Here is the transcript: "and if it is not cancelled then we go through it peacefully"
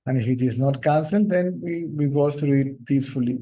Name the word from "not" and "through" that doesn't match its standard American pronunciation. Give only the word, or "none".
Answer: through